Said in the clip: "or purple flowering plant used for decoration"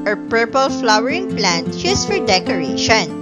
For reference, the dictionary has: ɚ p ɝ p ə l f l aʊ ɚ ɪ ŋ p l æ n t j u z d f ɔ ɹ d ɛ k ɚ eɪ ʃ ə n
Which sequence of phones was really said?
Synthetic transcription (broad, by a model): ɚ p ɝ p ə l f l aʊ ɚ ɪ ŋ p l æ n t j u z f ɔ ɹ d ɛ k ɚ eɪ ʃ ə n